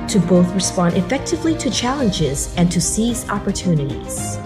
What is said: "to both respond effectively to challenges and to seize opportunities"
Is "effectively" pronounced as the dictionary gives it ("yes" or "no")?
yes